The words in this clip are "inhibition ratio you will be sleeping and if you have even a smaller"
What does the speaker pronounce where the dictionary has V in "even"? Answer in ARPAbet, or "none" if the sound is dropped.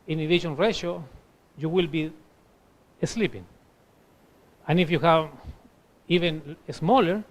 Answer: V